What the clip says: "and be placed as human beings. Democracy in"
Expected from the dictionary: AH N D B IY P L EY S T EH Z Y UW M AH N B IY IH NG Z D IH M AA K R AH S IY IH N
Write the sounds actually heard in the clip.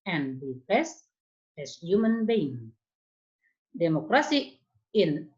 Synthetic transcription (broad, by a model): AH N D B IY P EY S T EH S Y UW M AH N B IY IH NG D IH M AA K R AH S IY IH N